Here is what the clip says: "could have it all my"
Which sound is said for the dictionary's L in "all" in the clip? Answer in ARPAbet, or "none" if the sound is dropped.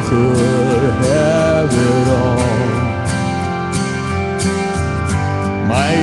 N